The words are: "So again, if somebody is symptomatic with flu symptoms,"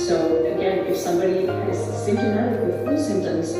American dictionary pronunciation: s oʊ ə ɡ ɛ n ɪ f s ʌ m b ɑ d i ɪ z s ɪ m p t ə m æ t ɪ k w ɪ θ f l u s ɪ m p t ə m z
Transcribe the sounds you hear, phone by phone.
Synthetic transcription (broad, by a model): s oʊ ə ɡ ɛ n ɪ f s ʌ m b ɑ d i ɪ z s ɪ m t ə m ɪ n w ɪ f u s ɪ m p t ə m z